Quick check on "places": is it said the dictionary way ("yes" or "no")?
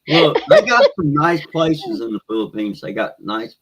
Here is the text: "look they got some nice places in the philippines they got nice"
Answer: yes